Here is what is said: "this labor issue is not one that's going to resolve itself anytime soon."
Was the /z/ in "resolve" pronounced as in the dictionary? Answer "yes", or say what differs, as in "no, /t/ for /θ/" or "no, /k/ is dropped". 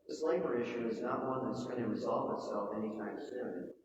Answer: yes